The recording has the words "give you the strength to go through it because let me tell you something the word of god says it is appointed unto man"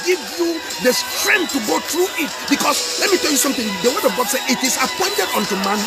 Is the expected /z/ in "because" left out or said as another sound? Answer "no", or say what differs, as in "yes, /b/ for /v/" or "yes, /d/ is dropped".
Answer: yes, /s/ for /z/